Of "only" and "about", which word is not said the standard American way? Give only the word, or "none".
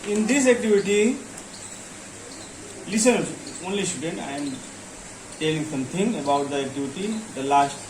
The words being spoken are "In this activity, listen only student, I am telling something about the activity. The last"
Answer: none